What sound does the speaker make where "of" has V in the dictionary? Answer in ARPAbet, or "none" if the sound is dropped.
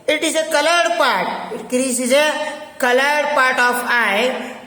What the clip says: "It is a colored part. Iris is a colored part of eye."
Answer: P